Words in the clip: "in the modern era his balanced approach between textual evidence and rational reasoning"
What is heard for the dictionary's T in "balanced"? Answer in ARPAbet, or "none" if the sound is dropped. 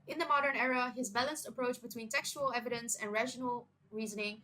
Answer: T